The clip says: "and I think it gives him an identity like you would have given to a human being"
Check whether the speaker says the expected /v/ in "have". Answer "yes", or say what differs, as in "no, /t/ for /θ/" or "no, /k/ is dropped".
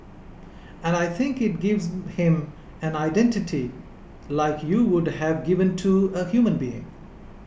yes